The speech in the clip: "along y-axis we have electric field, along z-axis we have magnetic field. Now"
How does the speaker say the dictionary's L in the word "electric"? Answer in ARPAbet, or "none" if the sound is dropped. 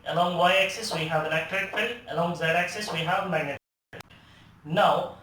N